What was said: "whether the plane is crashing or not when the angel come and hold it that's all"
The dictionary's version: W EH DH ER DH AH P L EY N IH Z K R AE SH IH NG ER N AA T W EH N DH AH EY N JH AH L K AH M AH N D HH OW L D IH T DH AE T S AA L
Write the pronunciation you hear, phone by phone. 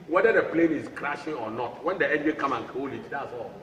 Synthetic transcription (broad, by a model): W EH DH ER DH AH P L EY N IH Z K R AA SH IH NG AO N AA T W EH N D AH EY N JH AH K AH M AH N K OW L IH T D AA T S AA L